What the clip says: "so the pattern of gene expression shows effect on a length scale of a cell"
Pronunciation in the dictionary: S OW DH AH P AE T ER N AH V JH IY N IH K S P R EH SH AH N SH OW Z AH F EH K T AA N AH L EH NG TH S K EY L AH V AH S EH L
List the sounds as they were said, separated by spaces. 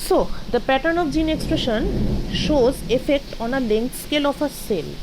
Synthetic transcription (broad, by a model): S OW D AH P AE T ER N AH F JH IY N IH K S P R EH SH AH N SH OW Z AH F EH K T AA N AH L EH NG T S K EY L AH F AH S EH L